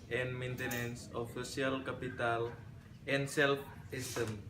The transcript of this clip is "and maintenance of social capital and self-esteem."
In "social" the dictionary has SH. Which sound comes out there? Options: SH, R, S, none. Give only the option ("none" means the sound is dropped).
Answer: none